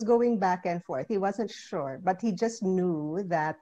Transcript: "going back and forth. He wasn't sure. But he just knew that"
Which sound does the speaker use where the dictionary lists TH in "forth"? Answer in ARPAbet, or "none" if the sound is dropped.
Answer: TH